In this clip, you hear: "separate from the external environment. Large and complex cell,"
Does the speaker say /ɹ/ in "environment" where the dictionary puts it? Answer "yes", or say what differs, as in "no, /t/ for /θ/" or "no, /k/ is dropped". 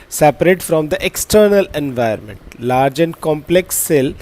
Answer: no, /ɹ/ is dropped